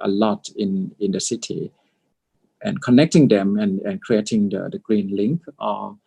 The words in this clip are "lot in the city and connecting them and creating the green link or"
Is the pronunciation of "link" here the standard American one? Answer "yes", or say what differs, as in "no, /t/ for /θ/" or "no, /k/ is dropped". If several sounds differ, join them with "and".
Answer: yes